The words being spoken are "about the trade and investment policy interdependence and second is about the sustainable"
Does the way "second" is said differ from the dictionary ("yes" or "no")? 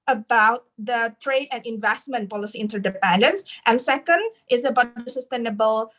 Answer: no